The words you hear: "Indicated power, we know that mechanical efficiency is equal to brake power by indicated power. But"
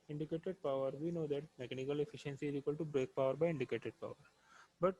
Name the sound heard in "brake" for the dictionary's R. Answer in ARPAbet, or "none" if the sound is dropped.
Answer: R